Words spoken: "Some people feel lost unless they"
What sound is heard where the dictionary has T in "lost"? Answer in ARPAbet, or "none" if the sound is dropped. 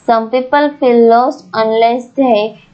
none